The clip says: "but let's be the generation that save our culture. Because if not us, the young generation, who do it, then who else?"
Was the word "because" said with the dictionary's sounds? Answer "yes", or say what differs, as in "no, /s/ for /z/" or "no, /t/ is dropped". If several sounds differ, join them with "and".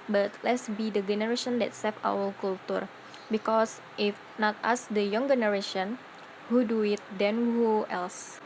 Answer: no, /s/ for /z/